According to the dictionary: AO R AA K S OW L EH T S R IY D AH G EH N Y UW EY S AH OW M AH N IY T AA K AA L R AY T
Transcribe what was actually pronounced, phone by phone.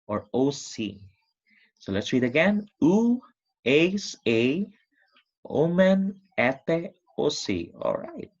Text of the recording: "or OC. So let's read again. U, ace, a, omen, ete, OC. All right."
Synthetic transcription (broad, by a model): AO R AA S S OW L EH T S R IY D AH G EH N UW EY S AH OW M AH N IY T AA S AA L R AY T